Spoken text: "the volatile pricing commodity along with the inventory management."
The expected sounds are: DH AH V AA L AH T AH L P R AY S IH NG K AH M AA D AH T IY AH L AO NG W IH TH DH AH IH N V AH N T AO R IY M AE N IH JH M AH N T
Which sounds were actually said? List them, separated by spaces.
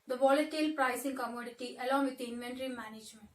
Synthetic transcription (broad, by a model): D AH V AA L AH T AH L P R AY S IH NG K AH M AA D AH T IY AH L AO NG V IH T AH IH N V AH N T R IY M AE N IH JH M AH N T